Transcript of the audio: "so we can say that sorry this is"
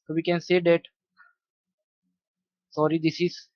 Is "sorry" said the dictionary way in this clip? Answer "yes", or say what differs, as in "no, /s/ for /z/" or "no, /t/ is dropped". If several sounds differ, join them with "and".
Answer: yes